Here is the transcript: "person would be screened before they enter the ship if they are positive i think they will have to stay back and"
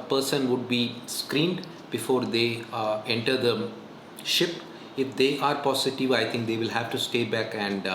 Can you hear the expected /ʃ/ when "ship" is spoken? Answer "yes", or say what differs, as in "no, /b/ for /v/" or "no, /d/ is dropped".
yes